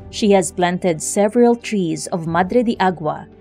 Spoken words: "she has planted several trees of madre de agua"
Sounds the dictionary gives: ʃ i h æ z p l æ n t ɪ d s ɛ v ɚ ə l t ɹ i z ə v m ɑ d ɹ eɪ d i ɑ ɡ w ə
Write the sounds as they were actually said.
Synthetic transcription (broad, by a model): ʃ i h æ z p l æ n t ɪ d s ɛ v ɚ ə l t ɹ i z ə v m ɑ d ɹ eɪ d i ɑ ɡ w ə